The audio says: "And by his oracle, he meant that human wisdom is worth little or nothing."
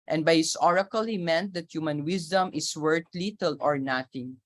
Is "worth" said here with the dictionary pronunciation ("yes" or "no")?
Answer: no